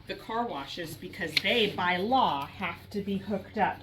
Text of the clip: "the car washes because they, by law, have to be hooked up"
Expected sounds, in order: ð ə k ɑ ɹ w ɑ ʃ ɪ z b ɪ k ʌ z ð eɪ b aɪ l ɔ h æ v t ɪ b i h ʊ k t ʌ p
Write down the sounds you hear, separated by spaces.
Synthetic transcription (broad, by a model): ð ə k ɑ ɹ w ɑ ʃ ɪ z b ɪ k ʌ z ð eɪ b aɪ l ɔ h æ f t ɪ b i h ʊ k t ʌ p